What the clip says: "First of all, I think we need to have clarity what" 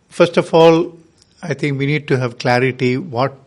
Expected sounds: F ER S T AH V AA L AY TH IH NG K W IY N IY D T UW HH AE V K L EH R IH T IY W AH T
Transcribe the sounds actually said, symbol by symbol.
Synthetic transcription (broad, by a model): F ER S T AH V AA L AY T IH NG K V IY N IY D T UW HH AE V K L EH R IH T IY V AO T